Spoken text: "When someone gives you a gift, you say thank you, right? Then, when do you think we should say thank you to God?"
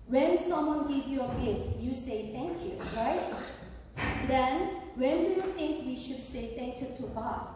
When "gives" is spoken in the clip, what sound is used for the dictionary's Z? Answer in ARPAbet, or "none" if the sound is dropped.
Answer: none